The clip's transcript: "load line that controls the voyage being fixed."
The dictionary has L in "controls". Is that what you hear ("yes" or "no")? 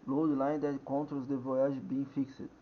no